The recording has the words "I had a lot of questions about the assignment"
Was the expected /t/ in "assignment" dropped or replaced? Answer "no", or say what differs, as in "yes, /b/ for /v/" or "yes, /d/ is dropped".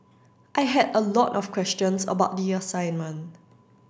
yes, /t/ is dropped